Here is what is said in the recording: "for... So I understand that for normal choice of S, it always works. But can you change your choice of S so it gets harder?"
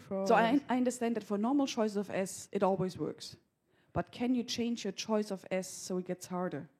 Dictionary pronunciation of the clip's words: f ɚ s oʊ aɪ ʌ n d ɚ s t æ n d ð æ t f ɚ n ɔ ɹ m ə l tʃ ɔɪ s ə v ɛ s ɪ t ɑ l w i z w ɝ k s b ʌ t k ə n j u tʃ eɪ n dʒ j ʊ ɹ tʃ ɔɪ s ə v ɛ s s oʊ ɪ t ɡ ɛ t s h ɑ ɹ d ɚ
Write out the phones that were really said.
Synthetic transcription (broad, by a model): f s oʊ aɪ ʌ n d ɚ s t æ n d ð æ t f ɚ n ɔ ɹ m l tʃ ɔɪ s ə v ɛ s ɪ t ɑ l w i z w ɝ k s b ʌ t k ə n j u tʃ eɪ n dʒ j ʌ ɹ tʃ ɔɪ s ə v ɛ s s oʊ ɪ t ɡ ɛ t s h ɑ ɹ d ɚ